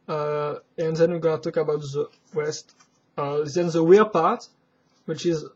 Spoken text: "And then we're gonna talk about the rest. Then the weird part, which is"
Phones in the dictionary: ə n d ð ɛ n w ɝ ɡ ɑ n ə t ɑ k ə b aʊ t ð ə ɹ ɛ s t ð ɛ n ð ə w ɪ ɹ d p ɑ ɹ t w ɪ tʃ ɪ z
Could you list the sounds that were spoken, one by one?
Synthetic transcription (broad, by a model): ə n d ð ɛ n w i ɡ ɑ n ə t ɑ k ə b aʊ t ð ə w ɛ s t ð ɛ n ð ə w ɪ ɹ p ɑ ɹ t w ɪ tʃ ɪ z